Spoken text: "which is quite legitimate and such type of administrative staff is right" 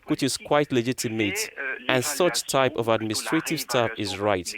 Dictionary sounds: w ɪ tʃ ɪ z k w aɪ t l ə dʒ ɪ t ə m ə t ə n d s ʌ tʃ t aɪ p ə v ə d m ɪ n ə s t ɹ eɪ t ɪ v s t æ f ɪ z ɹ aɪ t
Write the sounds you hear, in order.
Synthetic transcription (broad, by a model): w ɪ tʃ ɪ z k w aɪ t l ə dʒ ɪ t ə m ə t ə n s ʌ tʃ t aɪ p ə v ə d m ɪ n s t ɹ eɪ t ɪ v s t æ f ɪ z ɹ aɪ t